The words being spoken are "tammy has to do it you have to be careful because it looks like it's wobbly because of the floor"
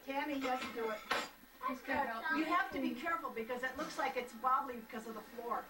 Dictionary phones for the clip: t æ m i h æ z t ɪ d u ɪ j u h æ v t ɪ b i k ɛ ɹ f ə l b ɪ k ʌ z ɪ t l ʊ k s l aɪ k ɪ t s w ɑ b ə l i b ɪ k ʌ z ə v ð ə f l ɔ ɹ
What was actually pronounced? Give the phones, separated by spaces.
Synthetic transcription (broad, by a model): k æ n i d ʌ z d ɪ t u ɪ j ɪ h æ f t ɪ b i k ɛ ɹ f l b ɪ k ʌ z ɪ t l ʊ k s l aɪ k ɪ t s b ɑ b l i b ɪ k ʌ z ə v ð ə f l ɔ ɹ